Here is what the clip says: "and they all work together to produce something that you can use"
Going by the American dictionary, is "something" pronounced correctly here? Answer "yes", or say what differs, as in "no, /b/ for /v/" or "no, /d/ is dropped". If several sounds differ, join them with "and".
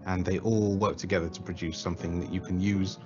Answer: yes